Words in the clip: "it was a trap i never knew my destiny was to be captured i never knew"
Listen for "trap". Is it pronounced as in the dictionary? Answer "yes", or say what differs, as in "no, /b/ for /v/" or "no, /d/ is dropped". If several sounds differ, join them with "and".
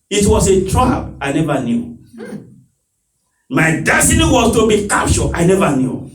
no, /b/ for /p/